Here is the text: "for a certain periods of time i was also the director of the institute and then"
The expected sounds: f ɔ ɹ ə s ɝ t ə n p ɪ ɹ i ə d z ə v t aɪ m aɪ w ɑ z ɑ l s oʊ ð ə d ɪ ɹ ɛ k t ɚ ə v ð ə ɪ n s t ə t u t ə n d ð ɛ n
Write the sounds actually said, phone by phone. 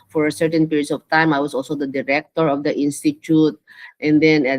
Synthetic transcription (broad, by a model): f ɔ ɹ s ɝ t ə n p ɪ ɹ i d s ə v t aɪ m aɪ w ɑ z ɑ l s oʊ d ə d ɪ ɹ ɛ k t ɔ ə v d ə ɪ n s t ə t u t ə n d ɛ n